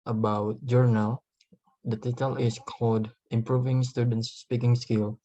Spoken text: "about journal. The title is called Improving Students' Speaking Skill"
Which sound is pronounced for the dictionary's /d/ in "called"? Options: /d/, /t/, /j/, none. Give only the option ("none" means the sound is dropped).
/d/